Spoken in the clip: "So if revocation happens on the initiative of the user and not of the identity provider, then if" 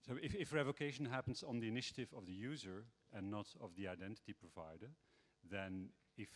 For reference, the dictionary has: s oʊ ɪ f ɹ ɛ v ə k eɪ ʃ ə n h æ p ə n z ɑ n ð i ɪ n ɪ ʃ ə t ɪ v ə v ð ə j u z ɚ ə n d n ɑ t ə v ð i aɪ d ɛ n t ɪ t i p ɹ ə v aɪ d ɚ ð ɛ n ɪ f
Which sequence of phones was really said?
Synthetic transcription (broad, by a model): s oʊ ɪ f ɹ ɛ v ə k eɪ ʃ ə n h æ p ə n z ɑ n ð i ɪ n ɪ ʃ ə t ɪ v ə v ð ə j u z ɚ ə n n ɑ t ə v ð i aɪ d ɛ n t ɪ t i p ɹ ə v aɪ d ɚ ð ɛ n ɪ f